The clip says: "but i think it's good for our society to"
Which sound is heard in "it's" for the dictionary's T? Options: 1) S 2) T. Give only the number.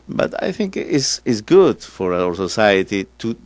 1